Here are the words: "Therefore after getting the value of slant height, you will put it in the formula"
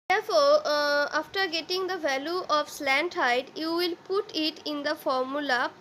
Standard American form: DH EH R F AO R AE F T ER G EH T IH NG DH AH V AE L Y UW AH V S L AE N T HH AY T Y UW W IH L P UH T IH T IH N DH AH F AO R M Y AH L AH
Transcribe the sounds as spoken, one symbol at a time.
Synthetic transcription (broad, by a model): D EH R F AO R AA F T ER G EH T IH NG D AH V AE L Y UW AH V S L AE N T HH AY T Y UW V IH L P UH T IH T IH N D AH F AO R M Y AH L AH